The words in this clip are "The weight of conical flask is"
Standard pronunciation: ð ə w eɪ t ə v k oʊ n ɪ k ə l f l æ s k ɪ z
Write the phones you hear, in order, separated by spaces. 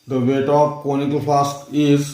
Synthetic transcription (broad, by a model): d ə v eɪ t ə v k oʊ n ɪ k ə l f ɑ s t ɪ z